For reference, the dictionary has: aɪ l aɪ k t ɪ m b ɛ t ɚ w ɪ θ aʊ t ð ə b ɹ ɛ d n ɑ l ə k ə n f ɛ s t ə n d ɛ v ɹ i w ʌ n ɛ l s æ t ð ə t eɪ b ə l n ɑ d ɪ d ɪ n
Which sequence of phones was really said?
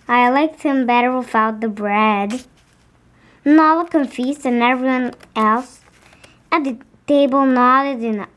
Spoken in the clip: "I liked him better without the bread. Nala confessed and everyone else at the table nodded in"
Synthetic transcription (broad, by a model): aɪ l aɪ k t ɪ m b ɛ t ɚ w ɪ f aʊ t ð ə b ɹ ɛ d n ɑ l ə k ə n f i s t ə n ɛ v ɹ i w ʌ n ɛ l s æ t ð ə t eɪ b ə l n ɑ d ɪ d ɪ n